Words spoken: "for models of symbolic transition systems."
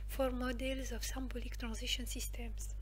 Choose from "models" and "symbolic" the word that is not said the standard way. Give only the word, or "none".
none